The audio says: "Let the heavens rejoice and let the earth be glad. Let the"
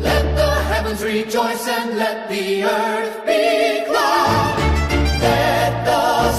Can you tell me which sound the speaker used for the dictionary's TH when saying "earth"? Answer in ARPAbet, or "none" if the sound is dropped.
TH